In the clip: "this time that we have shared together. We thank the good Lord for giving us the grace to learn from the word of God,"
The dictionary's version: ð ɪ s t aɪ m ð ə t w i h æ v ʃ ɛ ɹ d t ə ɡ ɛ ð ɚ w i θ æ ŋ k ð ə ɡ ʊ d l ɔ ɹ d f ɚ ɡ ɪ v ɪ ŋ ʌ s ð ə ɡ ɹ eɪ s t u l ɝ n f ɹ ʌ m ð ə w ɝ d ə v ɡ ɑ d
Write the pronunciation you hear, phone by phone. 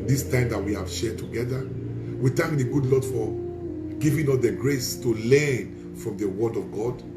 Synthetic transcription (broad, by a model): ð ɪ s t aɪ m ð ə t w i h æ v ʃ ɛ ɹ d t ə ɡ ɛ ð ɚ w i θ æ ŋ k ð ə ɡ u d l ɔ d f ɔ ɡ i v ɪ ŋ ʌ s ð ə ɡ ɹ eɪ s t u l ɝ n f ɹ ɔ m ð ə w ɝ d ə v ɡ ɑ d